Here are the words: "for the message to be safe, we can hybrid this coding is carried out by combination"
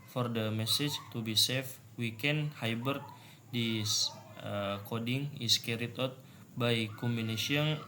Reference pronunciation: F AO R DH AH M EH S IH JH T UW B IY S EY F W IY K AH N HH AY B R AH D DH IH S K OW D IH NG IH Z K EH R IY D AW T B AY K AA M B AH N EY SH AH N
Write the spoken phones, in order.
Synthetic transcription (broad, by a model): F AO R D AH M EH S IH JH T UW B IY S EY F W IY K AH N HH AY B AH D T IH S K OW D IH NG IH S K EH R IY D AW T B AY K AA M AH N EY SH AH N